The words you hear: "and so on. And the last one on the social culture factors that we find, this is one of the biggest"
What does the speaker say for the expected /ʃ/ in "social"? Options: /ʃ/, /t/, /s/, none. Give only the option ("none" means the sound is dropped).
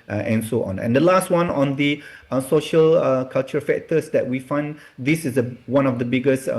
/ʃ/